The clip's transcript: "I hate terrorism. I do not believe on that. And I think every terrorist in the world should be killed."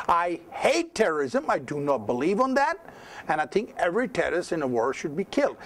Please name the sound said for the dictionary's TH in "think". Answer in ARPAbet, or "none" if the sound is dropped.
TH